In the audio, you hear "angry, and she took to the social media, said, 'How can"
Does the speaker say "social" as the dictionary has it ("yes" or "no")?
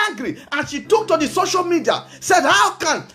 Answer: yes